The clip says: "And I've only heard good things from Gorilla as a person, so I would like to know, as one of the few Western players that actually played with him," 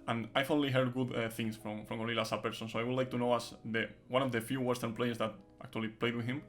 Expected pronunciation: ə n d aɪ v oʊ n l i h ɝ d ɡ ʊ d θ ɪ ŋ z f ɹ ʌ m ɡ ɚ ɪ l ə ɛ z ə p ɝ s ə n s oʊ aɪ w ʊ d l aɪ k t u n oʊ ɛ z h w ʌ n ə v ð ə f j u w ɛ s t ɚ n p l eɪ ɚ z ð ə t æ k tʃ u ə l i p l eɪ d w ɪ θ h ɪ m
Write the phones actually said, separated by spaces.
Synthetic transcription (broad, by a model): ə n aɪ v oʊ n l i h ɝ d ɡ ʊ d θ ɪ ŋ s f ɹ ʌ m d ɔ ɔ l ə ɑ s ə p ɝ s ə n s oʊ aɪ w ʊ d l aɪ k t u n oʊ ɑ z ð w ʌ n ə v ð ə f j u w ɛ s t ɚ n p l eɪ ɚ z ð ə t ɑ k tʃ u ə l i p l eɪ d w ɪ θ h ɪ m